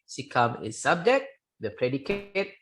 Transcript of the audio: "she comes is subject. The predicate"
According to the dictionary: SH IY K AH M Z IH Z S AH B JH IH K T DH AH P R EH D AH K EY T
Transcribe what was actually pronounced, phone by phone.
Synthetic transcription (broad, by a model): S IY K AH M IH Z S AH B JH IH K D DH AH P R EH D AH K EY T